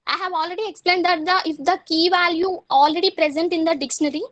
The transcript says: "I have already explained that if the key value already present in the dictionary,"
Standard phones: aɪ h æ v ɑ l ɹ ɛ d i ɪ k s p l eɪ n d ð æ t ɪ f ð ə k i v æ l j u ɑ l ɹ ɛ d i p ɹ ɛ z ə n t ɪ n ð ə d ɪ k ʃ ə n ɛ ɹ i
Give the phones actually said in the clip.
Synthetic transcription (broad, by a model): aɪ h æ v ɑ l ɹ ɛ d i ɪ k s p l eɪ n d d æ t ɪ f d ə k i v æ l j u ɑ l ɹ ɛ d i p ɹ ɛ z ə n t ɪ n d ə d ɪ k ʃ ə n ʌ ɹ i